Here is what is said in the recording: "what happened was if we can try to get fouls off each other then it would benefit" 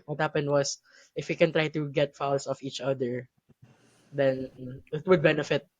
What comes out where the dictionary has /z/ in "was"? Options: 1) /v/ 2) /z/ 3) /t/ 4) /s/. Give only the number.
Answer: 4